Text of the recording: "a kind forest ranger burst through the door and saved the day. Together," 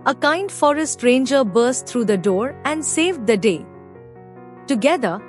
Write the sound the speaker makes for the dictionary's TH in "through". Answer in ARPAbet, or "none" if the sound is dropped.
T